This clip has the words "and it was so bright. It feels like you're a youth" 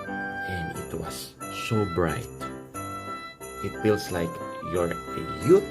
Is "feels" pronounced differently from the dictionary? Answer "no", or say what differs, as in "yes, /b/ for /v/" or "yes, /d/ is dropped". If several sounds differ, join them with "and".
yes, /s/ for /z/